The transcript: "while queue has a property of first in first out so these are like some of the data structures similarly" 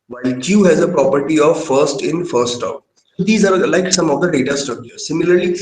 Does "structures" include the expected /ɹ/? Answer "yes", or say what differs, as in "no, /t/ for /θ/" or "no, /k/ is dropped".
no, /ɹ/ is dropped